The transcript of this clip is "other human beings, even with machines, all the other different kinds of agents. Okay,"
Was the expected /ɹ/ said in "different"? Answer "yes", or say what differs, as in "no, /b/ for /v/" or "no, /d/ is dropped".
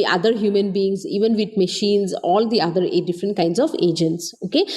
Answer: yes